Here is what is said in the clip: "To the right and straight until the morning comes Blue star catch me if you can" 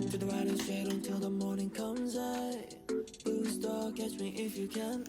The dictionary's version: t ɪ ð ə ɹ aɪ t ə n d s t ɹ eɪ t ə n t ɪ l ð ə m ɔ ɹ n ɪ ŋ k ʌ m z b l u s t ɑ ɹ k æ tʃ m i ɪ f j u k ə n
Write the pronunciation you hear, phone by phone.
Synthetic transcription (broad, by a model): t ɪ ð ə ɹ aɪ t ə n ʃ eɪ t ə n t ɪ l ð ə m ɔ ɹ n ɪ ŋ k ʌ m z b u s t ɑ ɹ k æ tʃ m i ɪ f j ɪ k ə n